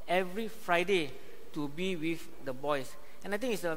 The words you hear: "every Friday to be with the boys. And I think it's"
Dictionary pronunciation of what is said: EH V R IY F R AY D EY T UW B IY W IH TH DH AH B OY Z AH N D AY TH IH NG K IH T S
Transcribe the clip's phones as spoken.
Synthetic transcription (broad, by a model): EH V R IY F R AY D EY T UW B IY W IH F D AH B OY S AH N AY T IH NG IH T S